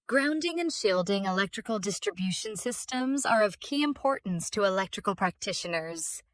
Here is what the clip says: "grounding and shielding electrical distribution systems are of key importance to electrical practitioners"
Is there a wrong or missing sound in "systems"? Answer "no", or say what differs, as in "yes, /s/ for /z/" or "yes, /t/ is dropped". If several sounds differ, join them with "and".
no